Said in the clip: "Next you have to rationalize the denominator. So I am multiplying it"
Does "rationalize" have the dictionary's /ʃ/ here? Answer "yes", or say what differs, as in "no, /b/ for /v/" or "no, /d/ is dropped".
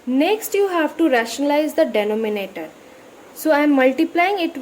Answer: yes